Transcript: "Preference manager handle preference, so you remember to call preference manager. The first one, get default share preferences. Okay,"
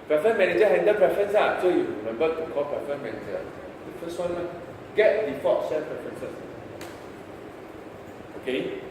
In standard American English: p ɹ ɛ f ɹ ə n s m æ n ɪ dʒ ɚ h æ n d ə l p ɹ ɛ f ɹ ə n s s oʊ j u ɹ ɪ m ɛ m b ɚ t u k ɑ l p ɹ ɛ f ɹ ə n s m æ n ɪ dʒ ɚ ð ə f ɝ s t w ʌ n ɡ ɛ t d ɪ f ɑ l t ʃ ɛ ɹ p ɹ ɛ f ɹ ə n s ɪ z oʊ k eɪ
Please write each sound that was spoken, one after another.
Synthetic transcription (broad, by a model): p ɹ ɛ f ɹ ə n m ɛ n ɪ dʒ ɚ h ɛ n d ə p ɹ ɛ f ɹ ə n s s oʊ j u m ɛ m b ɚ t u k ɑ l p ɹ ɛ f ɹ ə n m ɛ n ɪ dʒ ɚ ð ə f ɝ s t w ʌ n ɡ ɛ t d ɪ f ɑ t s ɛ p ɹ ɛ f ɹ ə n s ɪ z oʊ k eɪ